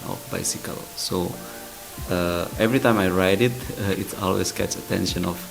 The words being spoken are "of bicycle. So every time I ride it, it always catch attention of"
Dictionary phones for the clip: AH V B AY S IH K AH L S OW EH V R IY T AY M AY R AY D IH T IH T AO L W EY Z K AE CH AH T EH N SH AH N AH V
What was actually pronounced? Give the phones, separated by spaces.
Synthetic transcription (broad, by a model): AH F B AY S IH K AH L S OW EH V R IY T AY M AY R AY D IH T IH T AO L W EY S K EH S AH T EH N SH AH N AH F